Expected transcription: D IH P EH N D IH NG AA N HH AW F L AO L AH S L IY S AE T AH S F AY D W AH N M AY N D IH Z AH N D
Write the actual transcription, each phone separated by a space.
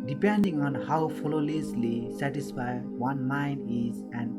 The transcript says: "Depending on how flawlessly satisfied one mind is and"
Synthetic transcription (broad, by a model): D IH P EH N D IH NG AA N HH AW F L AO L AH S L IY S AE T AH S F AY W AH N M AY N D IH Z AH N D